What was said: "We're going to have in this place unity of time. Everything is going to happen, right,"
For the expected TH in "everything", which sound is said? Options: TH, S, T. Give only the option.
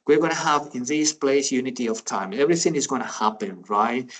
TH